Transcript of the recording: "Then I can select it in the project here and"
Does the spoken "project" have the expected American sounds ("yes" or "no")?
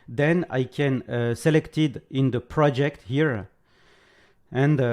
yes